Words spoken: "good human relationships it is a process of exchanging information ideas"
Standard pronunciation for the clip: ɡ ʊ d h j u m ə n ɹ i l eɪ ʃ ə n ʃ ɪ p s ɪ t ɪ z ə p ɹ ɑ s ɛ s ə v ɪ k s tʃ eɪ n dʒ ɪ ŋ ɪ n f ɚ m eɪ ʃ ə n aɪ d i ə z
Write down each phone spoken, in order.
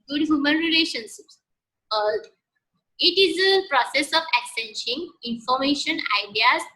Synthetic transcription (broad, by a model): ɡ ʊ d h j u m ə n ɹ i l eɪ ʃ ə n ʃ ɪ p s ɪ t ɪ z ə p ɹ ɑ s ɛ s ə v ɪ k s eɪ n ʃ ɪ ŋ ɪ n f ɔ m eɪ ʃ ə n aɪ d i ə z